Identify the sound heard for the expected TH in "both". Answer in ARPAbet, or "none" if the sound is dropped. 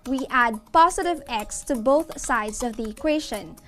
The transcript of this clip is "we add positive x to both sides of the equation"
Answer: TH